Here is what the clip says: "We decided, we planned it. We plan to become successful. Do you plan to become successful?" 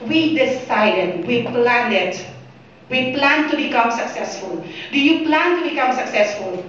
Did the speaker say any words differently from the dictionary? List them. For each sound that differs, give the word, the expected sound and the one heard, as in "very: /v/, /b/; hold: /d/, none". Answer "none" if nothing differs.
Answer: planned: /d/, none